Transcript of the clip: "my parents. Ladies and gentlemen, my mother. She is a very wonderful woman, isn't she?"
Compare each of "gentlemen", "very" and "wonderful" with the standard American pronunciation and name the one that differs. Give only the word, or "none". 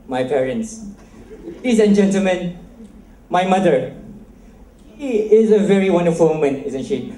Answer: none